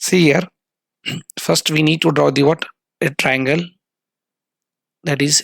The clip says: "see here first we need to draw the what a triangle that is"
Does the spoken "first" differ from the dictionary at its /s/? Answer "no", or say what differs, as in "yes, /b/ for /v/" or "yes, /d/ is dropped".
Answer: no